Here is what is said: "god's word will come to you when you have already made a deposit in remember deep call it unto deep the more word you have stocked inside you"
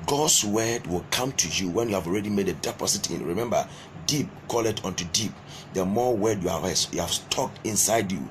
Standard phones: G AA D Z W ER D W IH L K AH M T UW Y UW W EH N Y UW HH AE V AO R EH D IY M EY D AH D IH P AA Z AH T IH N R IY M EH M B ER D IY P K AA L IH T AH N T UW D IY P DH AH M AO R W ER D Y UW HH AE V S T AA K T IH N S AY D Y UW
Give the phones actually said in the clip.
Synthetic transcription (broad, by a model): G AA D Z W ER D W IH L K AH M T UW Y UW W EH N Y UW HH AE V AO R EH D IY M EY D AH D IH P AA S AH T IH N R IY M EH M B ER D IY P K AA L IH T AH N T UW D IY P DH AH M AO W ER D Y UW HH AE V S T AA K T IH N S AY D Y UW